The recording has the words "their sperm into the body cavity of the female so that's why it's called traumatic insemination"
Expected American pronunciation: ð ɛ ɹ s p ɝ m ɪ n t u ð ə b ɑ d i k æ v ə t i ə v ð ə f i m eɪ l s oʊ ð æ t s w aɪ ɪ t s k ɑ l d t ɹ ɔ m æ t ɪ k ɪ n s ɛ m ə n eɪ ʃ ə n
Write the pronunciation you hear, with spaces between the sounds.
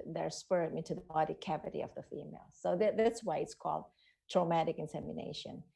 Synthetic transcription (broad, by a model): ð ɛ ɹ s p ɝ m ɪ n t u ð ə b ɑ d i k æ v ə t i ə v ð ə f i m eɪ l s oʊ ð æ t s w aɪ ɪ t s k ɑ l d t ɹ ɔ m æ t ɪ k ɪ n s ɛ m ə n eɪ ʃ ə n